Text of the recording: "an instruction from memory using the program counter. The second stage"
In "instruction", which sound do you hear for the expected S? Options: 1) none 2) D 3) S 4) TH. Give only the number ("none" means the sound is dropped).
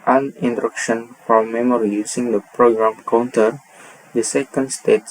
1